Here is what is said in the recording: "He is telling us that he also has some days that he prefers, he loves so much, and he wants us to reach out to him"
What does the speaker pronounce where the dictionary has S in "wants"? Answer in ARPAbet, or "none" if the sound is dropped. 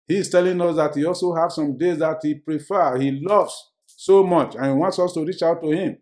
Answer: S